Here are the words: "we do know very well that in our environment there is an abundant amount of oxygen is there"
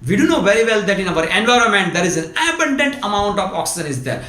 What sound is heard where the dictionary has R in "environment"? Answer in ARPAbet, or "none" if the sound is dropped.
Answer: R